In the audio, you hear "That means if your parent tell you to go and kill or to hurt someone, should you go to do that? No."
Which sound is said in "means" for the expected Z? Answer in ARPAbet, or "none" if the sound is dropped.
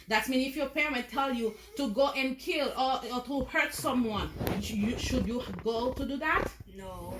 none